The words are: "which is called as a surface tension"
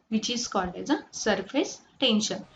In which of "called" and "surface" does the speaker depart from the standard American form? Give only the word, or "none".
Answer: called